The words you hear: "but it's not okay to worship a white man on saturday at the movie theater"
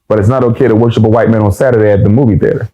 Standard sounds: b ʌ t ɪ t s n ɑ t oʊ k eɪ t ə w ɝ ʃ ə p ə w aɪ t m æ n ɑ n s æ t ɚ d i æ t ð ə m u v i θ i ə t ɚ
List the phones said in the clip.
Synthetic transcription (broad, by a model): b ʌ t ɪ t s n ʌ t oʊ k eɪ t ə w ɝ ʃ ə p ə w aɪ t m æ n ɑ n s æ t ɚ d i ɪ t ð ə m u v i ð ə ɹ